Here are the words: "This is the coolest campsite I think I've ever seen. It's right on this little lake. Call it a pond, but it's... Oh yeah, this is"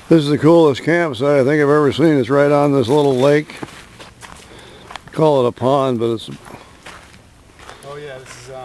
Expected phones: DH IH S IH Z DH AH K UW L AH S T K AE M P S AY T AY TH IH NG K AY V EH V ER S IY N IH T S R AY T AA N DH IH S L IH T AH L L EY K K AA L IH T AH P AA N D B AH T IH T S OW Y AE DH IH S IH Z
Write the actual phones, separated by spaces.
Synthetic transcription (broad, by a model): DH IH S IH Z DH AH K UW L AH S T K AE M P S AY AY TH IH NG K AY V EH V ER S IY N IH T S R AY T N DH IH S L IH T L L EY K K AA L IH T AH P AA N B AH T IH T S S